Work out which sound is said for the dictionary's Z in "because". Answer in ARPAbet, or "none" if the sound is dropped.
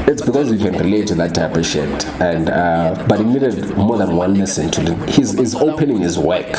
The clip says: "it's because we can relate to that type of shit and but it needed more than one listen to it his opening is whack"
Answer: Z